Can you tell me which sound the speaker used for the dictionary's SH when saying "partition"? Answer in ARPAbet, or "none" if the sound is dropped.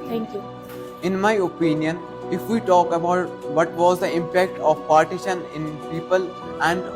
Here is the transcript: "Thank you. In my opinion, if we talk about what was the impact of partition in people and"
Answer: SH